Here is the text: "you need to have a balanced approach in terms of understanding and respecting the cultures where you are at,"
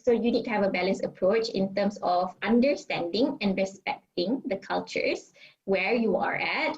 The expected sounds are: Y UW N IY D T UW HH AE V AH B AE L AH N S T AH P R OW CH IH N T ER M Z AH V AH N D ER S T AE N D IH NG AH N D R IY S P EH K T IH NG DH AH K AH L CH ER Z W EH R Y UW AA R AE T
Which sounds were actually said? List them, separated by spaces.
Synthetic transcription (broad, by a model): Y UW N IY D T UW HH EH V AH B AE L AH N S AH P R OW CH IH N T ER M S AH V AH N D ER S T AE N D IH NG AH N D R IY S P EH K T IH NG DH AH K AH L CH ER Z W EH R Y UW AA R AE T